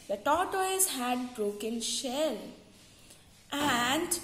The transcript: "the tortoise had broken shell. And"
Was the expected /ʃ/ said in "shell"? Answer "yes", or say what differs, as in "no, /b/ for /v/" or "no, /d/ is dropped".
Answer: yes